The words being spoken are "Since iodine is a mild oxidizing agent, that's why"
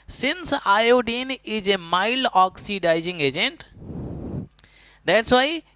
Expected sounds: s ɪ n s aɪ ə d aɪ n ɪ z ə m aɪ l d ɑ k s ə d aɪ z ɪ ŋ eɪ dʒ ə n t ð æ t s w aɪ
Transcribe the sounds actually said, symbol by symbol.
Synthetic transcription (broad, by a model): s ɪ n s aɪ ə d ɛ n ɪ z ə m aɪ l ɑ k s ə d aɪ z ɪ ŋ eɪ dʒ ə n t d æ t s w aɪ